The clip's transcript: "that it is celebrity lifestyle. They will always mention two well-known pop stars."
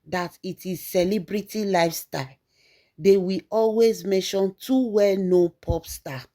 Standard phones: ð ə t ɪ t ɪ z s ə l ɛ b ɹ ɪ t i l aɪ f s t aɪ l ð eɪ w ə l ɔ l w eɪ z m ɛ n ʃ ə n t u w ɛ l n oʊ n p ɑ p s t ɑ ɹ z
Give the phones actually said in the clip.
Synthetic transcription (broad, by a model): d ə t ɪ t ɪ z s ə l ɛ b ɹ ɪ t i l aɪ f s t aɪ l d eɪ w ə ɔ l w eɪ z m ɛ n ʃ ə n t u w ɛ l n oʊ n p ɑ p s t ɑ